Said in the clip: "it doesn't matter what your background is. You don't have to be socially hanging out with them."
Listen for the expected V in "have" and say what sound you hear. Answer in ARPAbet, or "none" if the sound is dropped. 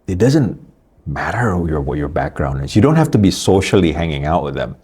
F